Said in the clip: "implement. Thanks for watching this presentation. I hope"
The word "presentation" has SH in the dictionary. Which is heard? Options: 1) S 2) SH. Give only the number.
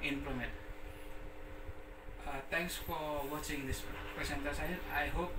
1